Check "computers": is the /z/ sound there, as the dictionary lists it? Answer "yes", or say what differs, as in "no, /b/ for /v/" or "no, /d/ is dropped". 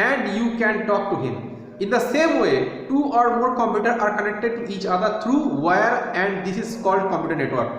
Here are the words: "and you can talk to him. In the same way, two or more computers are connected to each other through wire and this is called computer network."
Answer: no, /z/ is dropped